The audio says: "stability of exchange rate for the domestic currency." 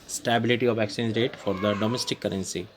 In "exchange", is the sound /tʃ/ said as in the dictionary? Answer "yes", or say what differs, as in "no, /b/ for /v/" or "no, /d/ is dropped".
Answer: no, /tʃ/ is dropped